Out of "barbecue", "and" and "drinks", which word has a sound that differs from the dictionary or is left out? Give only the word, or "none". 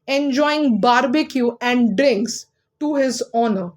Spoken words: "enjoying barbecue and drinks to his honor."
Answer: none